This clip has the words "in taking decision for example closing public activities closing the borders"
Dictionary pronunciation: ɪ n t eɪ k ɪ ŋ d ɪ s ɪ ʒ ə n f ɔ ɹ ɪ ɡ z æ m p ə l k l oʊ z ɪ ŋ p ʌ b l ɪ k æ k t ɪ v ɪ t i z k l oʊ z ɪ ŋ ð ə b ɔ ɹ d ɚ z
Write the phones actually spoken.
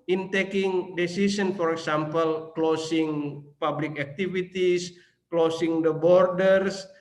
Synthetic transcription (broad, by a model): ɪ n t eɪ k ɪ ŋ d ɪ s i s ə n f ɔ ɹ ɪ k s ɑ m p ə l k l oʊ s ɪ ŋ p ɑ b l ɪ k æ k t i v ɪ t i s k l oʊ s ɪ ŋ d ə b ɔ ɹ d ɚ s